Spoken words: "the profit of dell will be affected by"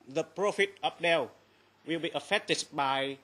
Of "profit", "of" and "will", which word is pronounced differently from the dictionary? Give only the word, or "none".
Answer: of